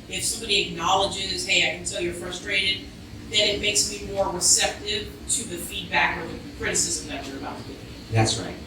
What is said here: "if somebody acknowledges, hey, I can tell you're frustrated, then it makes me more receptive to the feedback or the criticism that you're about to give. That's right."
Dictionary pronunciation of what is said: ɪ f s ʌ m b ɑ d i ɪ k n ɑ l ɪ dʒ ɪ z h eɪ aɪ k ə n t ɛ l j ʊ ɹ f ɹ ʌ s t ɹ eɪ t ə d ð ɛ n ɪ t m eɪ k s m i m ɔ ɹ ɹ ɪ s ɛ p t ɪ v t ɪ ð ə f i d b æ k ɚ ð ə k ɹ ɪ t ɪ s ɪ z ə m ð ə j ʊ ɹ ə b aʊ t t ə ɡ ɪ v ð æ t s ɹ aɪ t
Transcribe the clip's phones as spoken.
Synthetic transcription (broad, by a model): ɪ f s ʌ m b ɑ d i ɪ k n ɑ l ɪ dʒ ɪ z h eɪ aɪ k ə n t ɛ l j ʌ ɹ f ɹ ʌ s t ɹ eɪ t ə d ð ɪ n ɪ t m eɪ k s m i m ɔ ɹ ɹ ɪ s ɛ p t ɪ v t ɪ ð ə f i d b æ k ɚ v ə k ɹ ɪ t ɪ s ɪ z ə m ð ə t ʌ ɹ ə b aʊ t t ə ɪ ð æ t s ɹ aɪ t